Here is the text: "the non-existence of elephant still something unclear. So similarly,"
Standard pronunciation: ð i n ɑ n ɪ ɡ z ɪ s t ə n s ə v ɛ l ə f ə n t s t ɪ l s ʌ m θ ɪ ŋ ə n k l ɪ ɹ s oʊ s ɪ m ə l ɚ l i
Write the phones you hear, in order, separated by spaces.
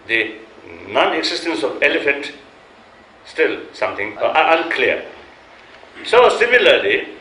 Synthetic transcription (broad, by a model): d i n ɑ n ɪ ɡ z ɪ s t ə n s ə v ɛ l ə f ə n t s t ɪ l s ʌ m t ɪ ŋ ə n k l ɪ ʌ s oʊ s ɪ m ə l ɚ l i